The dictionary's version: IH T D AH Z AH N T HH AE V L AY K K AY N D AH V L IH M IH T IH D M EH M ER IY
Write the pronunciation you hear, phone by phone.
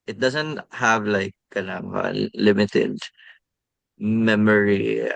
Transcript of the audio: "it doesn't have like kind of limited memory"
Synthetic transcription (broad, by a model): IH T D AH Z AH N T HH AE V L AY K K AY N AH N L IH M IH T IH D M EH M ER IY